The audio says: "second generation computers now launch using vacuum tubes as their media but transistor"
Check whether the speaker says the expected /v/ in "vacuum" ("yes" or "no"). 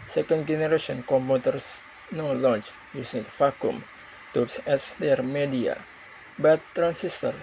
no